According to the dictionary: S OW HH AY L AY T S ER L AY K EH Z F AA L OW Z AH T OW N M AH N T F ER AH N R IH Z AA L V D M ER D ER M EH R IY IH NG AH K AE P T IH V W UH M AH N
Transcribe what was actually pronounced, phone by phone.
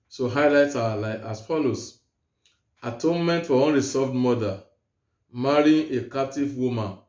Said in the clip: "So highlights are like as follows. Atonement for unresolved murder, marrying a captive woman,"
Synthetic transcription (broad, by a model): S OW HH AY L AY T AA L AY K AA S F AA L OW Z AH T OW N M AH N T F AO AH N R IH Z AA V D M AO D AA M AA R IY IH K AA P T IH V W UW M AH N